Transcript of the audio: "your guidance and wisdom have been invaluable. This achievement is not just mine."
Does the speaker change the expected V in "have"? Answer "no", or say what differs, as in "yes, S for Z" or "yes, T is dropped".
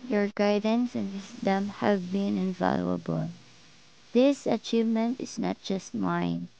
no